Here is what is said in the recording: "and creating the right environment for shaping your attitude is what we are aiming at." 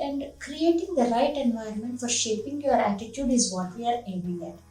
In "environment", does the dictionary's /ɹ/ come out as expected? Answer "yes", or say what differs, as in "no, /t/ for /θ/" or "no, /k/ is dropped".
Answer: no, /ɹ/ is dropped